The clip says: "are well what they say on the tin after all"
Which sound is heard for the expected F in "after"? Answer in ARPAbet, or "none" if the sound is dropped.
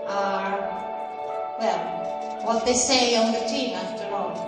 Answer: F